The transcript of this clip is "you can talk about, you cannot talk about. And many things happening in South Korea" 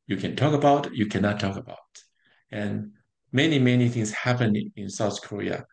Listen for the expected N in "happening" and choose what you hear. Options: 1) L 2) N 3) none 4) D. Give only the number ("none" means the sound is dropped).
3